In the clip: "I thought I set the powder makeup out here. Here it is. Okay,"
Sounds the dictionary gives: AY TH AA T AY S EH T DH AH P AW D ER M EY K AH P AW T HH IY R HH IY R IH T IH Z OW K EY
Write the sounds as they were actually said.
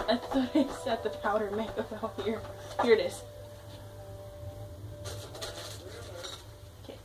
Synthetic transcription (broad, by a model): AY S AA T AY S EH T DH AH P AW D ER M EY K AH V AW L HH IY R HH IY R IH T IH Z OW K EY